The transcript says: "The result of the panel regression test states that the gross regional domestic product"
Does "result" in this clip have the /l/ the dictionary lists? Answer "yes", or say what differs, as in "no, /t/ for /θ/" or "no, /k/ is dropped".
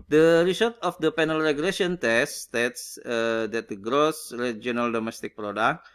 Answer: no, /l/ is dropped